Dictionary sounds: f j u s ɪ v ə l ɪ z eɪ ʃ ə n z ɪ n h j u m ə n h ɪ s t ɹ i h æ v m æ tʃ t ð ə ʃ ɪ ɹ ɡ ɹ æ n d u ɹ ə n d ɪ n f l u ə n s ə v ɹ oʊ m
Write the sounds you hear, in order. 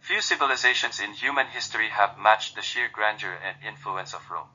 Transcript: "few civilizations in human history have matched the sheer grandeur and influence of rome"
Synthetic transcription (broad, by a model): f j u s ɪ v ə l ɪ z eɪ ʃ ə n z ɪ n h j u m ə n h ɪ s t ɹ i h æ v m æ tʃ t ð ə ʃ ɪ ɹ ɡ ɹ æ n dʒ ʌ ɹ ə n d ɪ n f l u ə n s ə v ɹ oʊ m